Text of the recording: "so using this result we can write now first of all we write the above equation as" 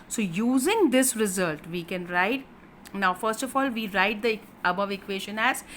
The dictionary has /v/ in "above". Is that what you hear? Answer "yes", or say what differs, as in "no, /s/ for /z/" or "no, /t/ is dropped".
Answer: yes